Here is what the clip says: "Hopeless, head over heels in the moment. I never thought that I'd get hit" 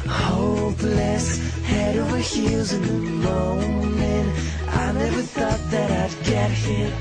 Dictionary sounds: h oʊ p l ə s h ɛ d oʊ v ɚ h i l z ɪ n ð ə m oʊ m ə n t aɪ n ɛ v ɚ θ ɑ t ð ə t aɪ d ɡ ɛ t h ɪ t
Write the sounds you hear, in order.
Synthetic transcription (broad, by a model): h oʊ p l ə s h ɛ d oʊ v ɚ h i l z ɪ n ð ə m oʊ m ə n t aɪ n ɛ v ɚ θ ɑ t ð ə t aɪ d ɡ ɛ t h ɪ